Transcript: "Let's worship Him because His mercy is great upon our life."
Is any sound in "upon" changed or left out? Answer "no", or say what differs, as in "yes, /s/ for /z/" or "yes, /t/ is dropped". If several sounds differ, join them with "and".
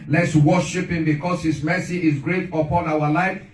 no